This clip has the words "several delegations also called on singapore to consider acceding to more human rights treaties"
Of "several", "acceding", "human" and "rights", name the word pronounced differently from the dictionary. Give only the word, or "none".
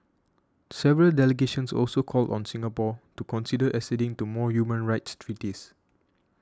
acceding